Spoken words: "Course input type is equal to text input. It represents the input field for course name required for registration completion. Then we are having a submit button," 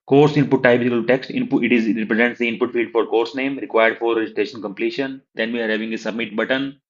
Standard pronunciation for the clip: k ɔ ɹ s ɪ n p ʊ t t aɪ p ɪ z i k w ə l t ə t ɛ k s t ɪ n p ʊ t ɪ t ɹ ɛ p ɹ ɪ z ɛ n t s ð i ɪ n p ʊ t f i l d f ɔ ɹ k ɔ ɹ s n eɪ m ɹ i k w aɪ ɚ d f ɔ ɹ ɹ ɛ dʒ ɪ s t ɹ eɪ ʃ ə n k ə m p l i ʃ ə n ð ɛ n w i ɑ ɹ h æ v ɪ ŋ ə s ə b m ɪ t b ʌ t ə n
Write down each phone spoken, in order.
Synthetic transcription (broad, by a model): k ɔ ɹ s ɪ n p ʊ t t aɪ b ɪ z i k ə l t ə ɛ k s t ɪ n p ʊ t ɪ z ɹ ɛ p ɹ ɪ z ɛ n t s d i ɪ n p ʊ t f i l d f ɔ ɹ k ɔ ɹ s n eɪ m ɹ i k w aɪ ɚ d f ɔ ɹ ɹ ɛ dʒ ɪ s t ɹ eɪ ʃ ə n k ə m p l i ʃ ə n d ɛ n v i ɑ ɹ h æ v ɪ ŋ ə s ə b m ɪ t b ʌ t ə n